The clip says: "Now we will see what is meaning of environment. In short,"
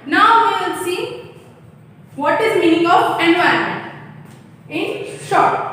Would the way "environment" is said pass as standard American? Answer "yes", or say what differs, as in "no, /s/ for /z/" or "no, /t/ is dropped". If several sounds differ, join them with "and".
no, /t/ is dropped